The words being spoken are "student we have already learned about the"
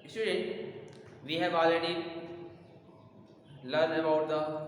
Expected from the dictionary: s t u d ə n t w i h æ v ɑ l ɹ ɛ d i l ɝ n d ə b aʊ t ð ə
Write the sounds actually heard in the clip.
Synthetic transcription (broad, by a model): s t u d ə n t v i h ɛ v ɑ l ɛ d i l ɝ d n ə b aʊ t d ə